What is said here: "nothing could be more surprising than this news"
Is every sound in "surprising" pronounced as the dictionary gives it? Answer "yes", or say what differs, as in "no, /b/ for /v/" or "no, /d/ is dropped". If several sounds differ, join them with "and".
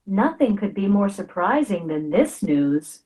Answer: yes